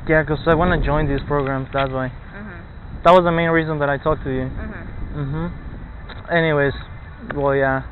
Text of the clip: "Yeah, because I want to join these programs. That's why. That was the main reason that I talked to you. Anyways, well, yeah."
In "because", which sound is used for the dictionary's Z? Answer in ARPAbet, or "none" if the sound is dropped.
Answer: none